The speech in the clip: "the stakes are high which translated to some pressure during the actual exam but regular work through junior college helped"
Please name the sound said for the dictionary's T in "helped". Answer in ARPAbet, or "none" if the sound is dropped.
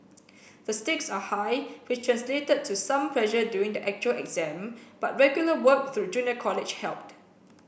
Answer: T